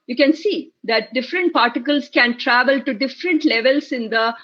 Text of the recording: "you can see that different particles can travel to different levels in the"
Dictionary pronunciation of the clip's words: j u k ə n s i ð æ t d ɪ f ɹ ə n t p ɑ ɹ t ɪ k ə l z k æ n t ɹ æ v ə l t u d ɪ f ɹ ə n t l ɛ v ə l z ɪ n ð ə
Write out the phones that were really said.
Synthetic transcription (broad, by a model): j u k ə n s i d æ t d ɪ f ɹ ə n t p ɑ ɹ t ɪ k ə l s k æ n t ɹ æ v ə l t u d ɪ f ɹ ə n t l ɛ v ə l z ɪ n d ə